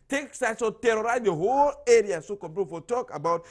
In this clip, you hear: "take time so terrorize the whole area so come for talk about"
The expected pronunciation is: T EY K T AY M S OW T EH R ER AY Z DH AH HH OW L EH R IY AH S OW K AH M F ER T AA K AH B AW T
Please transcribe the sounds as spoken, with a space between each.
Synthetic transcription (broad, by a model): T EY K S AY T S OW T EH R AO AY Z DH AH HH OW L EH R IY AH S OW K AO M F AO T AA K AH B AW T